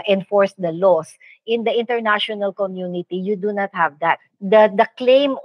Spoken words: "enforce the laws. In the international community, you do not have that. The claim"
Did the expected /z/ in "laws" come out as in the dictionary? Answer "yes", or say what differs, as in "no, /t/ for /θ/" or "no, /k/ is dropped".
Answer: no, /s/ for /z/